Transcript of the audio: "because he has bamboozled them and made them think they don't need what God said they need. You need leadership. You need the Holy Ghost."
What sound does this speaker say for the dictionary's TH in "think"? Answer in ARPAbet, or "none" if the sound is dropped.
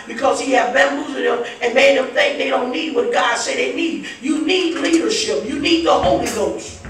TH